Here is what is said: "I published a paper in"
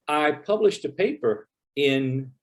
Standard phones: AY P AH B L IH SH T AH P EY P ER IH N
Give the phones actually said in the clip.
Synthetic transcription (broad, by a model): AY P AH B L IH SH T AH P EY P ER IH N